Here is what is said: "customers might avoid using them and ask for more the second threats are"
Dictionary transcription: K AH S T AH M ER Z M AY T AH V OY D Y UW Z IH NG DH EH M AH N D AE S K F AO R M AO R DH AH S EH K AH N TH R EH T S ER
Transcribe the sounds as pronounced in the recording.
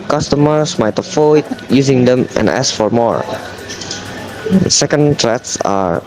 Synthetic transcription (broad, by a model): K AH S T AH M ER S M AY T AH F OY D Y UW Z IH NG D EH M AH N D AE S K F AO R M AO R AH S EH K AH N T R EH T S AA